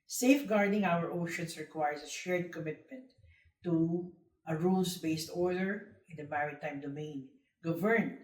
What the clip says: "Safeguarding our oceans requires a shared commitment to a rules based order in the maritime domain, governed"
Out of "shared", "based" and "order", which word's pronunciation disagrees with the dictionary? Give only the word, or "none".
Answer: none